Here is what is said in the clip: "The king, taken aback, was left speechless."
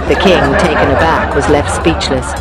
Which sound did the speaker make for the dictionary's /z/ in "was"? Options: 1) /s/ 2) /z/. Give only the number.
2